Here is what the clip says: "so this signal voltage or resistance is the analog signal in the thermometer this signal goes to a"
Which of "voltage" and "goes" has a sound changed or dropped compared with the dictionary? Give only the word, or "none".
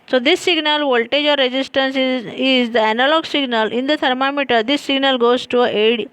none